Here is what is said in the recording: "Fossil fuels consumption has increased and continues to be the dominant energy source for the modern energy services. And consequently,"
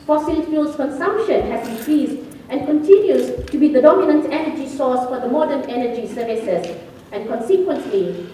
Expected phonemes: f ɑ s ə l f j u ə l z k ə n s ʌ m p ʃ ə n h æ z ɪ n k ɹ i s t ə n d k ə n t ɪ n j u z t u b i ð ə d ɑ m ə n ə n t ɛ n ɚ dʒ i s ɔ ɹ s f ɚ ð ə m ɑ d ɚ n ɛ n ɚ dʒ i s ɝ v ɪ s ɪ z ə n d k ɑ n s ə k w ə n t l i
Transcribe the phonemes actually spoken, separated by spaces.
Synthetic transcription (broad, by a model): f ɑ s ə l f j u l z k ə n s ʌ m p ʃ ə n h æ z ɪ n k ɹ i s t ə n k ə n t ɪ n j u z t u b i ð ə d ɑ m ə n ə n t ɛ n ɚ dʒ i s ɔ s f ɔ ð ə m ɑ d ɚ n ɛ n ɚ dʒ i s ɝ v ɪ s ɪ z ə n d k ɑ n s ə k w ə n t l i